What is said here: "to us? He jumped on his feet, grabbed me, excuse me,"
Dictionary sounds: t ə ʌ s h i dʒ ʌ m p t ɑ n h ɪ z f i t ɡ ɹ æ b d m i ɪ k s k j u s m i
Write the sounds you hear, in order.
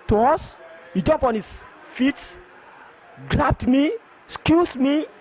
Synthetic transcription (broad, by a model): t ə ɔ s h i dʒ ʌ m p ɑ n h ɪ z f i t ɡ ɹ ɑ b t m i s k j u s m i